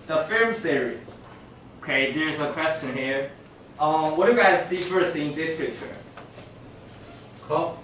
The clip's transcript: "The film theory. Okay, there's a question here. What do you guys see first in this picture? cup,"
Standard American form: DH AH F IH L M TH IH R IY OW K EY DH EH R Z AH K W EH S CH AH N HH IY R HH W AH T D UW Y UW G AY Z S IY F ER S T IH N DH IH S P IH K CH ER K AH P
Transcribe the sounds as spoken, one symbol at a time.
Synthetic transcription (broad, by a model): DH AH F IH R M S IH R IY OW K EY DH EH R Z AH K W EH S CH AH N HH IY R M W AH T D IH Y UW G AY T S IY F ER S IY IH N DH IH S P IH K CH ER K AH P